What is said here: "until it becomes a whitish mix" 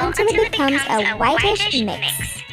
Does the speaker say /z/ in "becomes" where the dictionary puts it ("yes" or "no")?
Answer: yes